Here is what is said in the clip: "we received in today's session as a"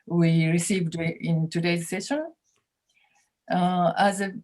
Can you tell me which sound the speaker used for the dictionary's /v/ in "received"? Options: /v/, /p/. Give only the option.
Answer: /v/